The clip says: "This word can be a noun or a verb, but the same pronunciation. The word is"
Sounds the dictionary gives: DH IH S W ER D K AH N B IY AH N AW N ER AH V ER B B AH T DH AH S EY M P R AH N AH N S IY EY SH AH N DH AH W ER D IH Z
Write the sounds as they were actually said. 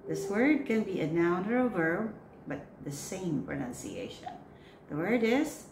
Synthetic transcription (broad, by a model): DH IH S W ER D K AH N B IY AH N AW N ER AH V ER B B AH T DH AH S EY M P R AH N AH N S IY EY SH AH N DH AH W ER D IH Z